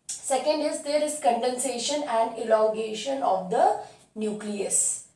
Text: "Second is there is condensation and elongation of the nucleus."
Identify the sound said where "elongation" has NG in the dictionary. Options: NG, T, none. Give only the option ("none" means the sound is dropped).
none